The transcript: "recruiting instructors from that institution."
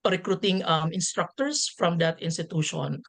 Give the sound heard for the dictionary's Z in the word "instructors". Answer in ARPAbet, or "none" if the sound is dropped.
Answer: S